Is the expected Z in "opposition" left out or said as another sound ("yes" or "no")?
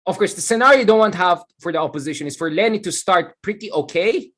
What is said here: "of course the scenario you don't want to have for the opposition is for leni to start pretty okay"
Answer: no